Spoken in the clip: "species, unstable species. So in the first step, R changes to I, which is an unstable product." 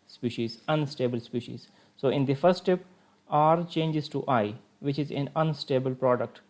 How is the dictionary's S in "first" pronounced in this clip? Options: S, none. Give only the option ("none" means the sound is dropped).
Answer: S